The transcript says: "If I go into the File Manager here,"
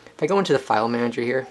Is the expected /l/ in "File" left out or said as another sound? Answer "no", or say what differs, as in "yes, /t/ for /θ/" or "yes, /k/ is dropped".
no